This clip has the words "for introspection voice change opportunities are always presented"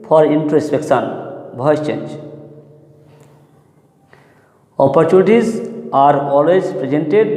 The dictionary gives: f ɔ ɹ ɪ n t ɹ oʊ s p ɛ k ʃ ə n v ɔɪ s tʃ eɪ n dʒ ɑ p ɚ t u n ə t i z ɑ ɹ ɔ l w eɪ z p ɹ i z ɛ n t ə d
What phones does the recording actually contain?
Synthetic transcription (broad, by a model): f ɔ ɹ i n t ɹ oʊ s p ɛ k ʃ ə n b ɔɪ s tʃ eɪ n dʒ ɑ p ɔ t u n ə t i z ɑ ɹ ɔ l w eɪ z p ɹ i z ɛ n t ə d